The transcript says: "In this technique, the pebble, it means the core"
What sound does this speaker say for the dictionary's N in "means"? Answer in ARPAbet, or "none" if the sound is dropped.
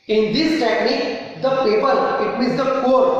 none